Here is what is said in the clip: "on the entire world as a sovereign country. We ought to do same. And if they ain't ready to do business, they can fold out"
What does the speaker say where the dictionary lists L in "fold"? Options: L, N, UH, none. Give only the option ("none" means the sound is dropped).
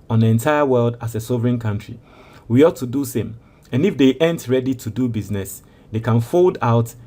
L